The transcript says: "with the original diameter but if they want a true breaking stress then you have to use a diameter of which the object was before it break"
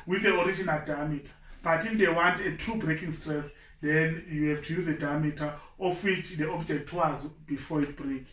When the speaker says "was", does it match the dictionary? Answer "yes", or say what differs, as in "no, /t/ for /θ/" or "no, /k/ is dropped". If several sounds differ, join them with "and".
yes